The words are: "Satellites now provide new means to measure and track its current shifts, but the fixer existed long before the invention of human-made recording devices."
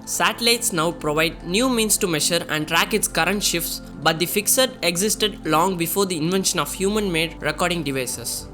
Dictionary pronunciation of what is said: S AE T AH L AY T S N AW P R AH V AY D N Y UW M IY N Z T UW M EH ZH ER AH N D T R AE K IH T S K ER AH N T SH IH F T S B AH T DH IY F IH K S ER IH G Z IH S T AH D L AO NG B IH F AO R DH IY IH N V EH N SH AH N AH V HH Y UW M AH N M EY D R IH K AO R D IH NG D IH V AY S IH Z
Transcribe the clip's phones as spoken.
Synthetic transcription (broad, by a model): S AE T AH L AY T S N AW P R AH V AY D N Y UW M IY N S T UW M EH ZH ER AH N D T R AE K IH T S K ER AH N T SH IH F T S B AH T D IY F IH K S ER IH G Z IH S T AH D L AO NG B IH F AO R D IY IH N V EH N SH AH N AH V HH Y UW M AH N M EY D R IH K AO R D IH NG D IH V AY S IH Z